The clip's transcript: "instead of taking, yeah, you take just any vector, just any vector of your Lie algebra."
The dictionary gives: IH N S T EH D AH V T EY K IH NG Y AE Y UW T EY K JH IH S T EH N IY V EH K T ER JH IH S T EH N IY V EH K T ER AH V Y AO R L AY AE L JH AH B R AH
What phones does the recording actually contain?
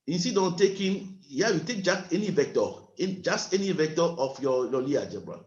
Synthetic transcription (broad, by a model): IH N S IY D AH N T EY K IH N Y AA Y UW T EY K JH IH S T EH N IY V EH K T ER JH IH S T EH N IY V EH K T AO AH F Y AO L L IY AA JH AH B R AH